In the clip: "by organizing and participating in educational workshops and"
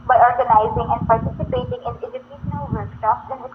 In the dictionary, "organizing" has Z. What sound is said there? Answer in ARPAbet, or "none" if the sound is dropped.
Z